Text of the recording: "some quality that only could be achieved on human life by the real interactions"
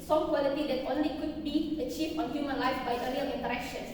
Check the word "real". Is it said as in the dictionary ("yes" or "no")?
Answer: no